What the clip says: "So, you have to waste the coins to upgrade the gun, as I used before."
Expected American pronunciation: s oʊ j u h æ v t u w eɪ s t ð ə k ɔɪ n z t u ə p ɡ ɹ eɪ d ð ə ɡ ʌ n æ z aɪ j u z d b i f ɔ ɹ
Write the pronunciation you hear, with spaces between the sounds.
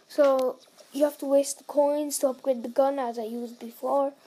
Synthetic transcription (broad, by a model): s oʊ j u h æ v t u w eɪ s t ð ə k ɔɪ n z t u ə p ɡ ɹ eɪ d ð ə ɡ ʌ n æ z aɪ j u z d b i f ɔ ɹ